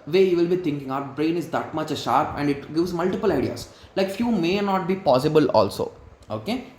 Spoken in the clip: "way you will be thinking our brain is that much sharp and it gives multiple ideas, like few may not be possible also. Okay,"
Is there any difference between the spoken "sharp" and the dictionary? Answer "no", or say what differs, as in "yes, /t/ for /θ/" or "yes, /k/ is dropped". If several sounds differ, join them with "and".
no